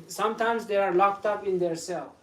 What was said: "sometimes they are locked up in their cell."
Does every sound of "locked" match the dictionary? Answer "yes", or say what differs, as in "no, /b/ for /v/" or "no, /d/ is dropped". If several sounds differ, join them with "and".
yes